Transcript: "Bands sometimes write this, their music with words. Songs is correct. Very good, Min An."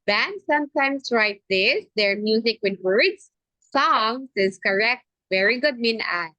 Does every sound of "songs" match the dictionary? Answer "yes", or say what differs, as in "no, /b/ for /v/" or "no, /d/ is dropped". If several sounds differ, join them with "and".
no, /s/ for /z/